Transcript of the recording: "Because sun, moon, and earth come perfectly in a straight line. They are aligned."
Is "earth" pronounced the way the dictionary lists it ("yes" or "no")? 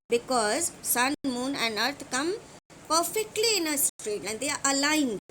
no